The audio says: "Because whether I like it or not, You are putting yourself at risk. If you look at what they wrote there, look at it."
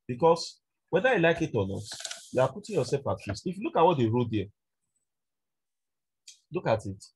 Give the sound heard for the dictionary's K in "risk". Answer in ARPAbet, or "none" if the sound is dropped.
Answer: none